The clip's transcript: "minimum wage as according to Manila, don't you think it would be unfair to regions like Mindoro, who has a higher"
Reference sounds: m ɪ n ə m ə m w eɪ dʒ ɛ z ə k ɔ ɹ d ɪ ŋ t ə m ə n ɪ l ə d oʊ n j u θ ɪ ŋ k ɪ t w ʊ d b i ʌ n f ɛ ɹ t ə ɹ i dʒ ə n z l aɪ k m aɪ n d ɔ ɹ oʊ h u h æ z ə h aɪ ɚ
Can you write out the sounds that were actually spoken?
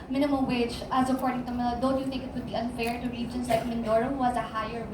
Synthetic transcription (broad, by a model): m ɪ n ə m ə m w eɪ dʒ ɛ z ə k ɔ ɹ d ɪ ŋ t ə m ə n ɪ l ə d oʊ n j u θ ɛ k ɪ t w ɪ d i ʌ n f ɛ ɹ t ə ɹ i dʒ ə n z l aɪ k m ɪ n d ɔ ɹ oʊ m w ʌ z ə h aɪ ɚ